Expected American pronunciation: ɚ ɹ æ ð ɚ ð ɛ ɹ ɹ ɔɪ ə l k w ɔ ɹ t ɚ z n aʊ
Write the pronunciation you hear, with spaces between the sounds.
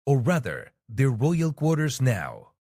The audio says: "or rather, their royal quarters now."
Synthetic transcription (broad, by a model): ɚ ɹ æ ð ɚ ð ɛ ɹ ɹ ɔɪ ə l k w ɔ ɹ t ɚ z n aʊ